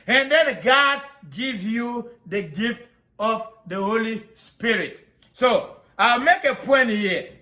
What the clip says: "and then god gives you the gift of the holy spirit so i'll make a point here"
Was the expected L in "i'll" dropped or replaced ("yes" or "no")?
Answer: no